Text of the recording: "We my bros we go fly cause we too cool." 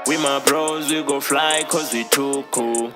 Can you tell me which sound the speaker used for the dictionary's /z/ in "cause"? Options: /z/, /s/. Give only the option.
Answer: /z/